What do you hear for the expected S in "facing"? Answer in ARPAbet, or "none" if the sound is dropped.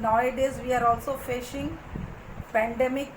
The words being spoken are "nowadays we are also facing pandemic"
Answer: SH